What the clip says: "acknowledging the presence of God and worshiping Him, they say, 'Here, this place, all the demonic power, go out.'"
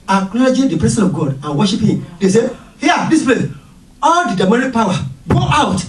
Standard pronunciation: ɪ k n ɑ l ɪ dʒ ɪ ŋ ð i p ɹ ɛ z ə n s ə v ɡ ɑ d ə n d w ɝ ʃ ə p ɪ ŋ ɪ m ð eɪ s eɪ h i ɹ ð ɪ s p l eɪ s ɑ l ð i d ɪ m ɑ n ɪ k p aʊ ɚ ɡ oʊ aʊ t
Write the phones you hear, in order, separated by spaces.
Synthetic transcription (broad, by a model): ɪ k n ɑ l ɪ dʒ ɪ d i p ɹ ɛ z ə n ə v ɡ ɑ d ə n w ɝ ʃ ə p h ɪ m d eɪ s eɪ h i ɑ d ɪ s p l eɪ s ɑ l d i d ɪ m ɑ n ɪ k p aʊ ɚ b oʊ aʊ t